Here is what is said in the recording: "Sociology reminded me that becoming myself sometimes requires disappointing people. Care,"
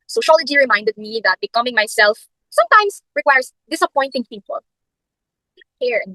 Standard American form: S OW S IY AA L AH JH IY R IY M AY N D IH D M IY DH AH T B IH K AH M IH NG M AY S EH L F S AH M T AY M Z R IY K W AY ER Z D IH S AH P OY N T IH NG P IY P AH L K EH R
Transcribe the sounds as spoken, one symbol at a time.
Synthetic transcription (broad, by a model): S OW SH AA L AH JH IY R IY M AY N D IH D M IY DH AH T B IH K AH M IH NG M AY S EH L F S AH M T AY M S R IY K W AY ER S D IH S AH P OY N T IH NG P IY P AH L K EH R